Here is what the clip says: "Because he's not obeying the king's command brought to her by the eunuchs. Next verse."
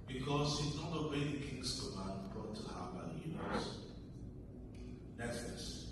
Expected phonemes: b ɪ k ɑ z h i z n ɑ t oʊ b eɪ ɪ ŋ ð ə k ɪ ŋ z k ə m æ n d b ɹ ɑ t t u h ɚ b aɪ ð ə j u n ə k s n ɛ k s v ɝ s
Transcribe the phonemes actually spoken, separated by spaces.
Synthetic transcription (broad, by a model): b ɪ k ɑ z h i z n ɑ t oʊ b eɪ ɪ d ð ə k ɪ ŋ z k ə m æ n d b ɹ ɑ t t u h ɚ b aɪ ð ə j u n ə s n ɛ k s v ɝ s